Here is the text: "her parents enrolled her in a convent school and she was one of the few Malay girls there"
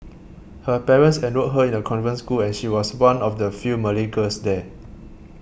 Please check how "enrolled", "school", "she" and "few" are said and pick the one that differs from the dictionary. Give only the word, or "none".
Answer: enrolled